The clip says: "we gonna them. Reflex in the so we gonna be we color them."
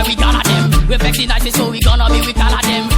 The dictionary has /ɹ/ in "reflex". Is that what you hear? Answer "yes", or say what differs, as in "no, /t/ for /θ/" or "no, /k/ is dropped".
no, /w/ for /ɹ/